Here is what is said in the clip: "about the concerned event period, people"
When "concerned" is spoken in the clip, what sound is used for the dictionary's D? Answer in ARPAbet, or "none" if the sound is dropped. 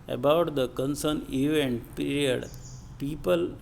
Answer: none